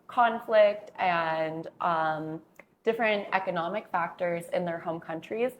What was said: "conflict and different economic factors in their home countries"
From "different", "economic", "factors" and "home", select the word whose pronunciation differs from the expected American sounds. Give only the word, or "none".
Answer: none